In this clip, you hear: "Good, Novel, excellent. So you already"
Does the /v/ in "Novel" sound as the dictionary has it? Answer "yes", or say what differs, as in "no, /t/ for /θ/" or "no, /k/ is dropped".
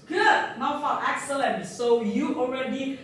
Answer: no, /f/ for /v/